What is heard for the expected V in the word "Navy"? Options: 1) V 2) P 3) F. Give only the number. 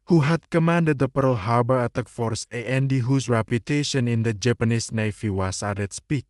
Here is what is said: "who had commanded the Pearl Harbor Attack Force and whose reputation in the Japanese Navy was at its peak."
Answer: 3